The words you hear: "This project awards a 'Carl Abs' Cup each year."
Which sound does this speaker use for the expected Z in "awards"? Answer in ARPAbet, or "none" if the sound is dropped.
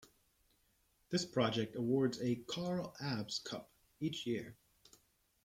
Z